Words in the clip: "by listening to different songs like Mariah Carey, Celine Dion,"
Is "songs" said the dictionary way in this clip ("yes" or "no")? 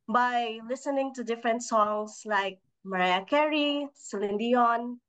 no